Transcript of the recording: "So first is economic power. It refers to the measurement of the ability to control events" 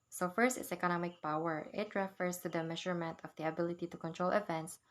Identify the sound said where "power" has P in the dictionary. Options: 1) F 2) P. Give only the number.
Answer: 2